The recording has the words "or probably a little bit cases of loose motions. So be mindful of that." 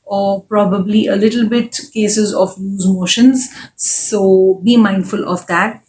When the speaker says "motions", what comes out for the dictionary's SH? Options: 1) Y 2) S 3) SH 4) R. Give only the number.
3